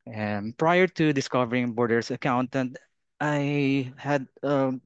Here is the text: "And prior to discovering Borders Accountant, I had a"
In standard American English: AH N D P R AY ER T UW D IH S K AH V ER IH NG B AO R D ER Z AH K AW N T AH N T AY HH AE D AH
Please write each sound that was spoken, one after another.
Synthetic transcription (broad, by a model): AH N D P R AY ER T UW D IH S K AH V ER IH NG B AO R D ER S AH K AW N T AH N T AY HH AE D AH